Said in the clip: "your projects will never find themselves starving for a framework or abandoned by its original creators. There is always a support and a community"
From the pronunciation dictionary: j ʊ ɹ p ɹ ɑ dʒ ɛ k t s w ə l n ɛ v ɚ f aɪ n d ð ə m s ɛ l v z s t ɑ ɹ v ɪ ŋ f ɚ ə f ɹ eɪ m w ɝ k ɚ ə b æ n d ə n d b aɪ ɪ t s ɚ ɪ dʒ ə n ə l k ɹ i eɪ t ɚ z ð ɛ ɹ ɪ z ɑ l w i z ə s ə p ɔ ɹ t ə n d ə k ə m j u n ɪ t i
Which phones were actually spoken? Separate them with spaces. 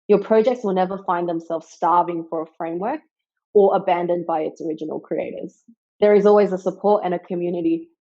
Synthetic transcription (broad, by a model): j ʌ ɹ p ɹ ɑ dʒ ɛ k t s w ə l n ɛ v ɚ f aɪ n ð ə m s ɛ l v z s t ɑ ɹ v ɪ ŋ f ɚ ə f ɹ eɪ m w ɝ k ɚ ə b æ n d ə n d b aɪ ɪ t s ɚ ɪ dʒ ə n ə l k ɹ i eɪ t ɚ z ð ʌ ɹ ɪ z ɑ l w i z ə s ə p ɔ ɹ t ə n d ə k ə m j u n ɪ t i